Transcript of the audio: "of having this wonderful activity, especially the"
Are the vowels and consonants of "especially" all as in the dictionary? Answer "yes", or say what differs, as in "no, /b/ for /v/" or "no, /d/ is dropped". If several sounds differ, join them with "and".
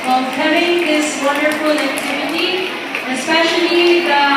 no, /l/ is dropped